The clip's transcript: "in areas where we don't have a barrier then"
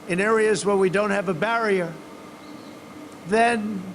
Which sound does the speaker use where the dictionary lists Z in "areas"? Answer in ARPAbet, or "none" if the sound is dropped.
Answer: Z